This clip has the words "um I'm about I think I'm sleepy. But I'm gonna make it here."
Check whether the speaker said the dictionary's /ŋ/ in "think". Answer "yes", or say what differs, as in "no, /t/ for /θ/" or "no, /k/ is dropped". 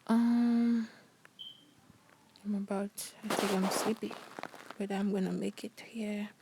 no, /ŋ/ is dropped